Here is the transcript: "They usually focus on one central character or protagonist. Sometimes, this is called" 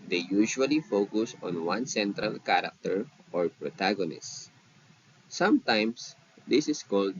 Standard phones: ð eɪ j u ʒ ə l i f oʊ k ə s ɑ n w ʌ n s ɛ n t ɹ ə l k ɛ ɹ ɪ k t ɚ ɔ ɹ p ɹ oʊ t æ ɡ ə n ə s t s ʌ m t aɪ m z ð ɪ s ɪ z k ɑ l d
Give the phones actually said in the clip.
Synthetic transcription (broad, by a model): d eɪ j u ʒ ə l i f oʊ k ə s ɑ n w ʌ n s ɛ n t ɹ ə l k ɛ ɹ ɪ k t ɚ ɔ ɹ p ɹ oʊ t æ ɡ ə n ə s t s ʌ m t aɪ m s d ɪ s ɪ s k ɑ l d